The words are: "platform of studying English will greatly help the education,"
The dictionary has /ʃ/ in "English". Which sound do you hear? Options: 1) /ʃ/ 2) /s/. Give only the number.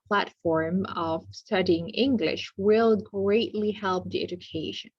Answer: 1